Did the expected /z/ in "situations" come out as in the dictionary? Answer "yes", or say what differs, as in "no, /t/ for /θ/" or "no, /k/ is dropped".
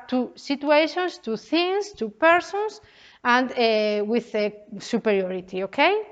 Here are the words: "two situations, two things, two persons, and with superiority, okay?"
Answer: no, /s/ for /z/